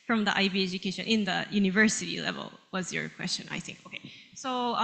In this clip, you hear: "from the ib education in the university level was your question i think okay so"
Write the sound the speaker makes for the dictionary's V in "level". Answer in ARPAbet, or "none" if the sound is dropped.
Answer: V